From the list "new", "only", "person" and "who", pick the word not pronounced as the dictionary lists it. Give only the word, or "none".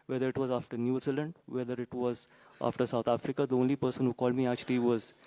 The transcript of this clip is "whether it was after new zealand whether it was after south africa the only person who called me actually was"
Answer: none